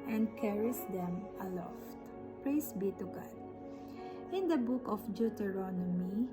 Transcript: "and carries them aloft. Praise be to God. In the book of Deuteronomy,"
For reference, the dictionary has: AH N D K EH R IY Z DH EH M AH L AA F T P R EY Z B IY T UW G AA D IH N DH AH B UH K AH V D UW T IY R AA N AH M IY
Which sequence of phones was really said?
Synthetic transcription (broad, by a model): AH N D K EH R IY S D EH M AH L AA F T P R EY S B IY T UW G AA D IH N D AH B UH K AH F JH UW T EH R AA N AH M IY